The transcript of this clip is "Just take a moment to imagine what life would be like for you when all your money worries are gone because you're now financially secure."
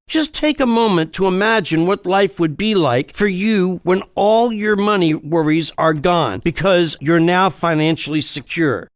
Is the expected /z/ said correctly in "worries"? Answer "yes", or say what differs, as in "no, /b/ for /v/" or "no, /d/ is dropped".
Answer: yes